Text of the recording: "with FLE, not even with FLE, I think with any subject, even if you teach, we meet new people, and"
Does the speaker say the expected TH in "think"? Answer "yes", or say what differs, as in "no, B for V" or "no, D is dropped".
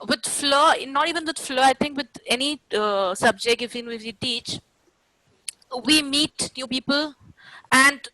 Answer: no, T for TH